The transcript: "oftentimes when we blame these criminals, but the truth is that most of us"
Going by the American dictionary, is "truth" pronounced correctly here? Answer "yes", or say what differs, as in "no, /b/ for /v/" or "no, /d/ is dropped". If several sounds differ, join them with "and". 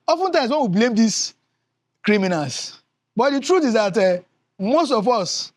no, /t/ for /θ/